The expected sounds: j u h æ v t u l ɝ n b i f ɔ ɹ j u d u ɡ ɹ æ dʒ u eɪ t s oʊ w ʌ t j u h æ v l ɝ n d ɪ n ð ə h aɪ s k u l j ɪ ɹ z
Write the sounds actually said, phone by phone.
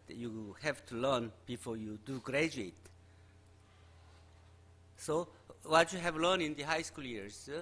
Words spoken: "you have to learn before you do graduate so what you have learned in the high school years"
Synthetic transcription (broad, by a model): j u h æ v t u l ɝ n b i f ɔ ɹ j u d u ɡ ɹ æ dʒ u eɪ t s oʊ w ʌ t j u h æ v l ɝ n ɪ n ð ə h aɪ s k u l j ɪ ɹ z